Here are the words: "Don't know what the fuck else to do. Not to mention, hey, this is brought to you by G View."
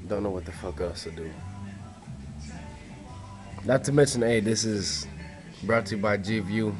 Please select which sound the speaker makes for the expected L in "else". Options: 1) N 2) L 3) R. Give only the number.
1